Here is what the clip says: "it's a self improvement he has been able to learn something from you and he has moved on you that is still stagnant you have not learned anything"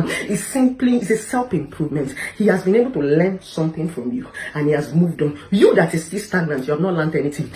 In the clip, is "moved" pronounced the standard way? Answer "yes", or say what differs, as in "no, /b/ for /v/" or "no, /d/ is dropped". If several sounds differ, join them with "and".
yes